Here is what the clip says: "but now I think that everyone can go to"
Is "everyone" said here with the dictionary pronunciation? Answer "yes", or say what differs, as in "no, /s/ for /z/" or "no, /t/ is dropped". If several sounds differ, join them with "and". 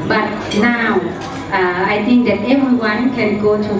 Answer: no, /ɹ/ is dropped